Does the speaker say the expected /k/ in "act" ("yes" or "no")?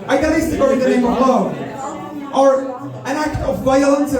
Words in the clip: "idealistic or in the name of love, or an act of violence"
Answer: yes